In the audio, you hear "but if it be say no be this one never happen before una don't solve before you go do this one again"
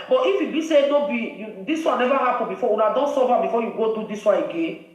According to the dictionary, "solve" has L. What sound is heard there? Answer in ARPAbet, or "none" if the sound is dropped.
none